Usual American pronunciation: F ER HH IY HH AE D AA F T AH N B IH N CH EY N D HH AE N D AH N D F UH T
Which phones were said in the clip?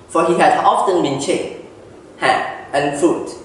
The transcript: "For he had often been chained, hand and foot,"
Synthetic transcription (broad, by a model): F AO HH IY HH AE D AA F T AH N B IH N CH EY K HH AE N AH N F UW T